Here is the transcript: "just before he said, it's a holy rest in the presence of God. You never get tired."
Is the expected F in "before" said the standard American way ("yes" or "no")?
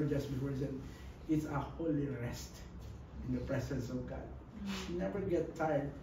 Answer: no